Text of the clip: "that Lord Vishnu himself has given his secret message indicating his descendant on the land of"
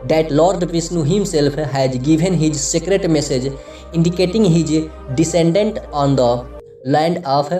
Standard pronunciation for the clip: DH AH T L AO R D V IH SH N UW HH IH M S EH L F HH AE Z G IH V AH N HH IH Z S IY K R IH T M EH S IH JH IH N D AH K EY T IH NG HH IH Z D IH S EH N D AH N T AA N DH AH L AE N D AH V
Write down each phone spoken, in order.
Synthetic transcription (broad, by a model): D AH T L AO R D P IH S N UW HH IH M S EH L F HH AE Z G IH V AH N HH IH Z S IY K R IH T M EH S IH JH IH N D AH K EY T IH NG HH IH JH D IH S EH N D AH N T AA N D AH L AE N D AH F